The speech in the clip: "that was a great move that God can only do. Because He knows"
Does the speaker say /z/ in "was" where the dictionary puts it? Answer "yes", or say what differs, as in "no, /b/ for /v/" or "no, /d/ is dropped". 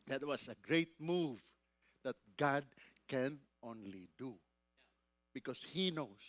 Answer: no, /s/ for /z/